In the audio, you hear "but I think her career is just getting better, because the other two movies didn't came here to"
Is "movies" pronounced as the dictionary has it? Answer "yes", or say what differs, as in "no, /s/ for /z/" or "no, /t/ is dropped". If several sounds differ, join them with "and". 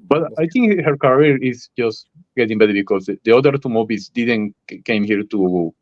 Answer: no, /b/ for /v/